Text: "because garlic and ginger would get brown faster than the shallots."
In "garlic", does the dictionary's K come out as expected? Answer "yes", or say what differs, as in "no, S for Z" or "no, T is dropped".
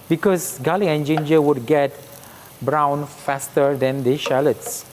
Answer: no, K is dropped